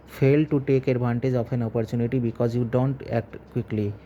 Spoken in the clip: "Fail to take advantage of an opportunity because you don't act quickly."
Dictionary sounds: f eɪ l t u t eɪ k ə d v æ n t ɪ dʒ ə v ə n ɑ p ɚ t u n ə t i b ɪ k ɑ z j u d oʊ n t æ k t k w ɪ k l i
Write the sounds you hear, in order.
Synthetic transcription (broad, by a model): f eɪ l t u t eɪ k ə d b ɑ n t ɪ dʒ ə f ə n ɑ p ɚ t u n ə t i b ɪ k ɑ z j u d oʊ n t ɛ k t k w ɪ k l i